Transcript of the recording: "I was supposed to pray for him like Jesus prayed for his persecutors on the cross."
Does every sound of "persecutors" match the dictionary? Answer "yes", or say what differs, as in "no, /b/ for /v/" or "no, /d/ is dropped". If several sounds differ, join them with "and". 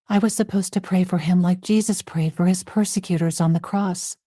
yes